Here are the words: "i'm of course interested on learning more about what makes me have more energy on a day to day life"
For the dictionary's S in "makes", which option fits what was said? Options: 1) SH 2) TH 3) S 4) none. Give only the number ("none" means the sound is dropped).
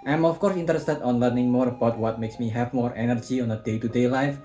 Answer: 3